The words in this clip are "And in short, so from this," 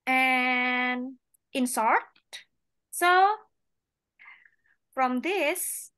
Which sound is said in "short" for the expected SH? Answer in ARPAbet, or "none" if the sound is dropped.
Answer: S